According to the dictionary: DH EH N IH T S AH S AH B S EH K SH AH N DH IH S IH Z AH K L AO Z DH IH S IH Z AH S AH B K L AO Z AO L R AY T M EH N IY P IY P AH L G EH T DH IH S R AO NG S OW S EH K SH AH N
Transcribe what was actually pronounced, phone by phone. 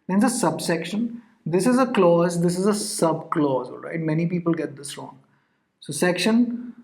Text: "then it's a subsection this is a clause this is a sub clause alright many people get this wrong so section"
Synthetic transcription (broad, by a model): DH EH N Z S AH S AH B S EH K SH AH N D IH S IH Z AH K L AO Z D IH S IH Z AH S AH B K L AO Z AO L R AY T M EH N IY P IY P AH L G EH T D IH S R AO NG S OW S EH K SH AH N